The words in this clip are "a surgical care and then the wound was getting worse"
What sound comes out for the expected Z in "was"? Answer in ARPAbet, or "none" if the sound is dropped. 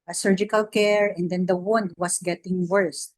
S